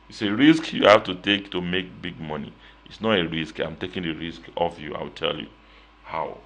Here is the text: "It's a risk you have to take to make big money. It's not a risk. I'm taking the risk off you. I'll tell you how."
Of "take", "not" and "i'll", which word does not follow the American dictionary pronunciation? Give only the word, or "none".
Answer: i'll